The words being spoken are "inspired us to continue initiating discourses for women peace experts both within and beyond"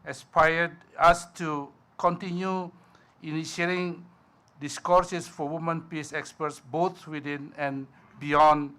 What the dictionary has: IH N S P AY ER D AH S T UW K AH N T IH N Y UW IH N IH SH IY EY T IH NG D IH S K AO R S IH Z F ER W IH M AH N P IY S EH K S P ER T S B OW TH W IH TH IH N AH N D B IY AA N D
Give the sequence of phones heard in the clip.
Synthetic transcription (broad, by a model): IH S P AY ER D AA S T UW K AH N T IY N Y UW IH N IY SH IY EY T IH NG D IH S K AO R S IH S F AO W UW M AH N P IY S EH K S P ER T S B OW T W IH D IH N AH N B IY AA N